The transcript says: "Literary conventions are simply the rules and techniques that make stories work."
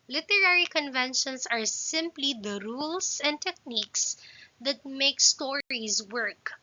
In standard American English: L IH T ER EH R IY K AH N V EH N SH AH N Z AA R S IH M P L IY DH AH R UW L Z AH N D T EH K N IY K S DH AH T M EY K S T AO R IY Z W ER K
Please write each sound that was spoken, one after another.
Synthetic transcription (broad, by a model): L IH T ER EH R IY K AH N V EH N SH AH N S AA R S IH M P L IY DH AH R UW L S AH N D T EH K N IY K S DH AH T M EY K S T AO R IY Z W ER K